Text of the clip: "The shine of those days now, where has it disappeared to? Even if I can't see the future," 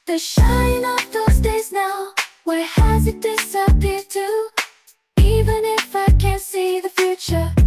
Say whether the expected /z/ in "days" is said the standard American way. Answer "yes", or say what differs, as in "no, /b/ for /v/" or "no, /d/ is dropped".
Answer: yes